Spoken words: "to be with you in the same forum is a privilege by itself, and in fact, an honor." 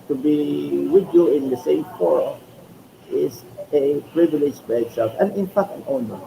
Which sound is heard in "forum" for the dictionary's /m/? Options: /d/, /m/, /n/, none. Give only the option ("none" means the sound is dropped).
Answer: none